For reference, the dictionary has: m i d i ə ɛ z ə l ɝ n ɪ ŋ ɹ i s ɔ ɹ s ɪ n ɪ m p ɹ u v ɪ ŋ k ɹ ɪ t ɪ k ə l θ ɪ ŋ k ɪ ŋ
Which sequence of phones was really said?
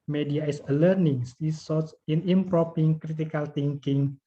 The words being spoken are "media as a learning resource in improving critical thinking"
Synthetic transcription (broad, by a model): m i d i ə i s ə l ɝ n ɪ ŋ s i s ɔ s ɪ n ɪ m p ɹ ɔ p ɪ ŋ k ɹ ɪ t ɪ k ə l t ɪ ŋ k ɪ ŋ